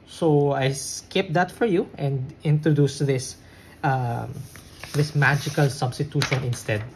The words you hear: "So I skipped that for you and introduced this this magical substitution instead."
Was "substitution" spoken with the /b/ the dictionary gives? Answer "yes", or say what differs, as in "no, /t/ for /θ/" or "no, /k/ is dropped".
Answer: yes